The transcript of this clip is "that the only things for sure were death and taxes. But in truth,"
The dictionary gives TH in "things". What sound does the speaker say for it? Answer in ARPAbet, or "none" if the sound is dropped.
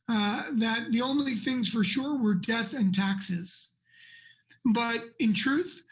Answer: TH